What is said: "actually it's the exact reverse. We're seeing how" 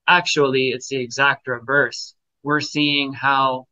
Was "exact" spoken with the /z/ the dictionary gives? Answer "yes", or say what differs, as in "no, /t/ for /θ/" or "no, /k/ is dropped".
yes